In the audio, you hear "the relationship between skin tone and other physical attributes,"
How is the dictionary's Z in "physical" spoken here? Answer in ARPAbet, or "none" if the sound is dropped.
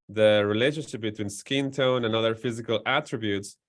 Z